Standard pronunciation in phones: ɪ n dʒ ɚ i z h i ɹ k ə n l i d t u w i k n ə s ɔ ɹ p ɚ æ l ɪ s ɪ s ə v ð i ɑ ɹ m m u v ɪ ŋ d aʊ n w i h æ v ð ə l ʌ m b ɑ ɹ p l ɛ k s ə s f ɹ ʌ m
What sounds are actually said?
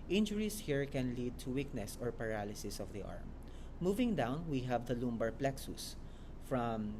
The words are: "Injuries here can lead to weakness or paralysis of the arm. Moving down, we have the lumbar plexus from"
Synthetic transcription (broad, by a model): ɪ n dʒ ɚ i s h i ɹ k ə n l i d t u w i k n ə s ɔ ɹ p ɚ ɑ l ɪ s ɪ s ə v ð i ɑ ɹ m m u v ɪ ŋ d aʊ n w i h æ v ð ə l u m b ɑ ɹ p l ɛ k s ə s f ɹ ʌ m